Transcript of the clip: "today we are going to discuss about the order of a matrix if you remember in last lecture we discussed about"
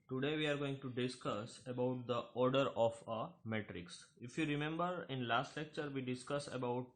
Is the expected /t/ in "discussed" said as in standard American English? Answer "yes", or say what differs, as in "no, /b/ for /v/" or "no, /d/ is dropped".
no, /t/ is dropped